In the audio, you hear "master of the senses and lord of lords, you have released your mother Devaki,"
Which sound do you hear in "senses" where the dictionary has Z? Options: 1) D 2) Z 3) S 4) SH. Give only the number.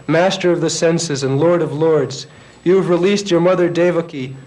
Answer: 2